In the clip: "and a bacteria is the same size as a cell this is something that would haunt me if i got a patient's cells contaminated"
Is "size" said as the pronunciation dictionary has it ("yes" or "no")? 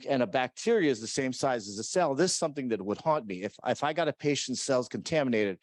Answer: yes